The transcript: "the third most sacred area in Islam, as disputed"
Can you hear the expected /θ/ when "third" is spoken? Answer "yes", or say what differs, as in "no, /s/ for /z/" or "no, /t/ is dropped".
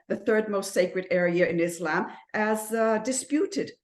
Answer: yes